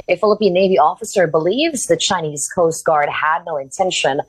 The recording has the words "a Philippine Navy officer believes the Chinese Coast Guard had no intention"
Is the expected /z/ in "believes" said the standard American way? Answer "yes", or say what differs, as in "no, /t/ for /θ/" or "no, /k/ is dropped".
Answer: yes